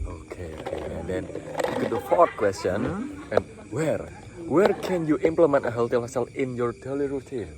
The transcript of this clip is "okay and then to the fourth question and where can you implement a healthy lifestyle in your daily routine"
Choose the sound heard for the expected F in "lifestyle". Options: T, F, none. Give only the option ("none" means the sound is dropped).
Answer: none